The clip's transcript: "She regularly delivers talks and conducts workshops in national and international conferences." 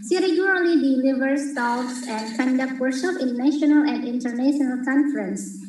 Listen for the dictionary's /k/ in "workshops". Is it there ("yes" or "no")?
no